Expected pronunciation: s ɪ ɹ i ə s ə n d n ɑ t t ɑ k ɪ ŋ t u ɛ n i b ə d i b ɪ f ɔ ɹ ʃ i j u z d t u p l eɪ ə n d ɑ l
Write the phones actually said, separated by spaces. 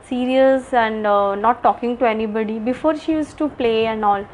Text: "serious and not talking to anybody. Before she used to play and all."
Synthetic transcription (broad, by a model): s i ɹ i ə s ə n d n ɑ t t ɑ k ɪ ŋ t u ɛ n i b ə d i b ɪ f ɔ ɹ ʃ i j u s t u p l eɪ ə n d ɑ l